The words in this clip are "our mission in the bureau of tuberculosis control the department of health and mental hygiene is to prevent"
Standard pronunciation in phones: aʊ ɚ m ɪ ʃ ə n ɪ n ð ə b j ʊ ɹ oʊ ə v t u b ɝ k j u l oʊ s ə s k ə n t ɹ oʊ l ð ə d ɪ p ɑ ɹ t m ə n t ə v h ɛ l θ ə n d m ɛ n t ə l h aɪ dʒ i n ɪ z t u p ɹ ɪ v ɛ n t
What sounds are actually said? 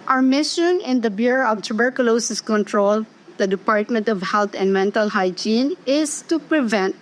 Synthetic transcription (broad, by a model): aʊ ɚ m ɪ ʃ ə n ɪ n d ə b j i ɹ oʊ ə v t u b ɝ k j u l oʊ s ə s k ə n t ɹ oʊ l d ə d ɪ p ɑ ɹ t m ə n t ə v h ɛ l t ə n d m ɛ n t ə l h aɪ dʒ i n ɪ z t u p ɹ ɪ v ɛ n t